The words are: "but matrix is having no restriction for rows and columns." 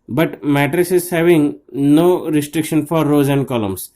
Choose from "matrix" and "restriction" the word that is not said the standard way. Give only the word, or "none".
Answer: matrix